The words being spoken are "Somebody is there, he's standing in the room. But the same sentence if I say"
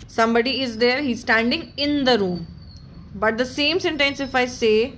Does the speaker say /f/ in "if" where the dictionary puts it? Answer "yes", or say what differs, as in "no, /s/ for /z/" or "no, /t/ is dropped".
yes